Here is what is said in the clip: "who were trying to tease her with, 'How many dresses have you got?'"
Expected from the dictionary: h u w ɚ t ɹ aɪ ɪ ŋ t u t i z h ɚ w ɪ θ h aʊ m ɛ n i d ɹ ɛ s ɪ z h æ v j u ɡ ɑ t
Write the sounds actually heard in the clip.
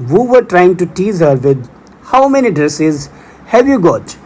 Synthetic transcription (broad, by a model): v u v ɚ t ɹ aɪ ɪ ŋ t u t i z h ɚ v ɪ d h aʊ m ɛ n i d ɹ ɛ s ɪ z h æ v j u ɡ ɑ t